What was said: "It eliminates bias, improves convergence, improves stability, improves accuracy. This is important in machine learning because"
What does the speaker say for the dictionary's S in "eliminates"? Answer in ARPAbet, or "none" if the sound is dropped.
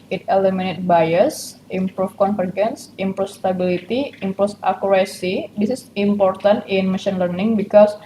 none